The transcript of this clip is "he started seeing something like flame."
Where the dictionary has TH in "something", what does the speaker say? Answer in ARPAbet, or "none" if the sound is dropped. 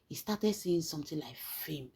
T